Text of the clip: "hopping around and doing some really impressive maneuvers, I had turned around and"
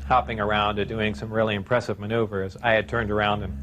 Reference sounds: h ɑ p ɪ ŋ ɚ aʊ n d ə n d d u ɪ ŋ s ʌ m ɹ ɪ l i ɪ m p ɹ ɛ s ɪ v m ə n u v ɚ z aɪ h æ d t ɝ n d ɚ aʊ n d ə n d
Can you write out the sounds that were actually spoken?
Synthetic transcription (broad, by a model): h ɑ p ɪ ŋ ɚ aʊ n d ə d d u ɪ ŋ s ʌ m ɹ ɪ l i ɪ m p ɹ ɛ s ɪ v m ə n u v ɚ z aɪ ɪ d t ɝ n d ɚ aʊ n d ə n